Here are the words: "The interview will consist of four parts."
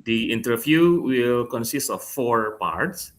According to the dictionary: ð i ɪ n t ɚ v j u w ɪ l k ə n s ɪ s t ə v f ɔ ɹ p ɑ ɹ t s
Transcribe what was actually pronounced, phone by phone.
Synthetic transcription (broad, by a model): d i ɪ n t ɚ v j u w ɪ l k ə n s ɪ s t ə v f ɔ ɹ p ɑ ɹ t s